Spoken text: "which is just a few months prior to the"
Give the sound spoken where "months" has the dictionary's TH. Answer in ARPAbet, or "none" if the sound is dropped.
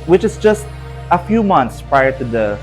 T